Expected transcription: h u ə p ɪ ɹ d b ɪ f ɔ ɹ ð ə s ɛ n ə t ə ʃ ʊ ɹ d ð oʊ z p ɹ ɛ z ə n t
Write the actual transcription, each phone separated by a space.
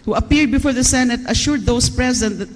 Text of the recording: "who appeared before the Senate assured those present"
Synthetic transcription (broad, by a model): h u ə p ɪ ɹ d b ɪ f ɔ ɹ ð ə s ɛ n ə t ə ʃ ʊ ɹ d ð oʊ s p ɹ ɛ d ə n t